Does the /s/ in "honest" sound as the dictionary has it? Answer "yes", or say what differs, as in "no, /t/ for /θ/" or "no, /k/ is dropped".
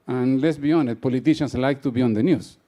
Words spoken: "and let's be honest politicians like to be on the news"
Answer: no, /s/ is dropped